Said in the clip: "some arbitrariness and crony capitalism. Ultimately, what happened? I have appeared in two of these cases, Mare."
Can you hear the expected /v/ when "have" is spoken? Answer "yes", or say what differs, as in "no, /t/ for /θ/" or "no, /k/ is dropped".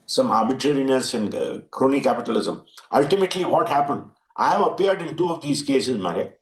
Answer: no, /p/ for /v/